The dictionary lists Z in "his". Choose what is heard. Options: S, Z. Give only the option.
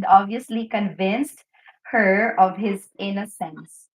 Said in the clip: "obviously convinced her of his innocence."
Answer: Z